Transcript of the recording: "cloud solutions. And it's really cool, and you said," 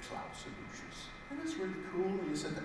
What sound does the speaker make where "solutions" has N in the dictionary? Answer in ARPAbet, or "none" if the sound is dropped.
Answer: none